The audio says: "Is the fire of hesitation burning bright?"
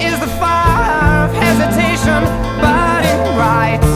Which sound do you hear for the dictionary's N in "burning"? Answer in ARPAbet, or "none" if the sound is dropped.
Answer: none